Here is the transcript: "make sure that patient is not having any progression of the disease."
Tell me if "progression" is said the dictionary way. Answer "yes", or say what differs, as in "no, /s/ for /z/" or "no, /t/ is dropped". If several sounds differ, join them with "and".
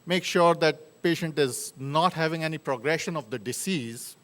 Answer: yes